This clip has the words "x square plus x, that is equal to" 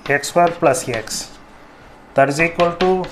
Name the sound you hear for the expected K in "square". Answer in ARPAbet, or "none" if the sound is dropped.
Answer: none